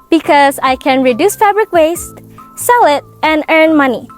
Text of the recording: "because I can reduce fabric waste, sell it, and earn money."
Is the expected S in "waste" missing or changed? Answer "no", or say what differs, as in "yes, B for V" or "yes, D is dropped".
no